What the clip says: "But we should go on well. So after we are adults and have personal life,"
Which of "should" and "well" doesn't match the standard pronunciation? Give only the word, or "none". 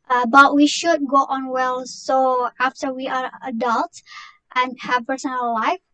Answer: none